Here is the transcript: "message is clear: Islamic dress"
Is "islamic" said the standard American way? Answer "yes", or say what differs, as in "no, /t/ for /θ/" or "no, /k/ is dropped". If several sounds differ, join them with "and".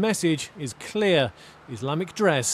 yes